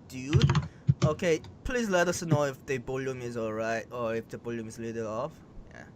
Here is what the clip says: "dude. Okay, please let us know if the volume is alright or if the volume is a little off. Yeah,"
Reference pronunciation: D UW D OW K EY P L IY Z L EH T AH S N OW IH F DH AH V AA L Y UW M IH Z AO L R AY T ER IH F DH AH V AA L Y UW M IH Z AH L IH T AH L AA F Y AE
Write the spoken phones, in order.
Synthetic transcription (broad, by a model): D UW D OW K EY P L IY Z L EH T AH S N OW IH F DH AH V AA L Y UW M IH Z AO L R AY T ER IH F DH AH B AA L Y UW M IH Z L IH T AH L AA F Y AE